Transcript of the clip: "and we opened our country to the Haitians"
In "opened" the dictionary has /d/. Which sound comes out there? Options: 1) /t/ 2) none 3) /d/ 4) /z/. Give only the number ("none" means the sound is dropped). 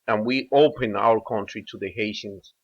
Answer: 2